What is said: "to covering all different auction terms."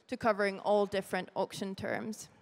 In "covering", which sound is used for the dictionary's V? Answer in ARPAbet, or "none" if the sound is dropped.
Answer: V